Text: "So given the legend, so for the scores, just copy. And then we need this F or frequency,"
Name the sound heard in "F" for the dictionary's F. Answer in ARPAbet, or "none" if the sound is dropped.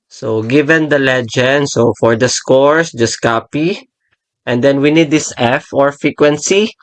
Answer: F